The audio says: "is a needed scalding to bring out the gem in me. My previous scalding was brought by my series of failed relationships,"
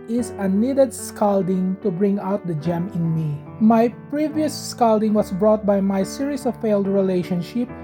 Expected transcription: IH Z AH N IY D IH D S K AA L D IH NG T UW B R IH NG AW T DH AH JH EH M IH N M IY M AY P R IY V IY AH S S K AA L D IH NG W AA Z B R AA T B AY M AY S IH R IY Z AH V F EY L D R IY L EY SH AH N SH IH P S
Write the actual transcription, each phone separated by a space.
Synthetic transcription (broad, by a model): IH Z AH N IY D IH D S K AA L D IH NG T UW B R IH NG AW T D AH JH EH M IH N M IY M AY P R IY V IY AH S S K AA L D IH NG W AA S B R AA T B AY M AY S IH R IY S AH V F EY L D R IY L EY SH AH N SH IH P